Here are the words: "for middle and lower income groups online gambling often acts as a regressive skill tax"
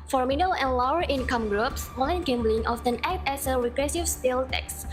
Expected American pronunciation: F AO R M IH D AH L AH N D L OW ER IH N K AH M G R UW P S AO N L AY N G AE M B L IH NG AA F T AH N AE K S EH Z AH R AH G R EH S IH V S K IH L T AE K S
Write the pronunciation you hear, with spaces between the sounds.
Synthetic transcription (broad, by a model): F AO R M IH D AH L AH N L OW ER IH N K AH M G R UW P S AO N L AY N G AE M B L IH NG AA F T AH N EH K EH S AH R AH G R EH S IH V S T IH L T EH K S